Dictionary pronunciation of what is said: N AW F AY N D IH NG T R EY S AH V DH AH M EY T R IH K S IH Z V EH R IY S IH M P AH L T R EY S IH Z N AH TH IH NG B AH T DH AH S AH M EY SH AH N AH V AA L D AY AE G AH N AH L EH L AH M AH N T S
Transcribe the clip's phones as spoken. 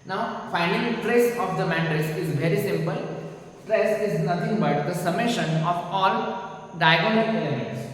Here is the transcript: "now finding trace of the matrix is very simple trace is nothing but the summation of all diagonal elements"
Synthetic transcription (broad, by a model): N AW F AY N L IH T R EY S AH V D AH M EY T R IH S IH Z V EH R IY S IH M P AH L T R EY S IH Z N AH T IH NG B AH T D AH S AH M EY SH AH N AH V AA L D AY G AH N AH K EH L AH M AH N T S